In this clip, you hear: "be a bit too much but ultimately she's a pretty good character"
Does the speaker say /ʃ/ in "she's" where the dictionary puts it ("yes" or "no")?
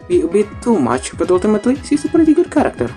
no